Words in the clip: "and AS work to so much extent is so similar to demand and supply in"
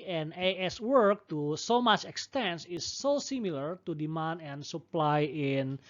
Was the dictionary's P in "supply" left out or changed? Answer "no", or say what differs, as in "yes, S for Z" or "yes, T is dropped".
no